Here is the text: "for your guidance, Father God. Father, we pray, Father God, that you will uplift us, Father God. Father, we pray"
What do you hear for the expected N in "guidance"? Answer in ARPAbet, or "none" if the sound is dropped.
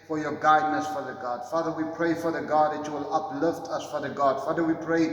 none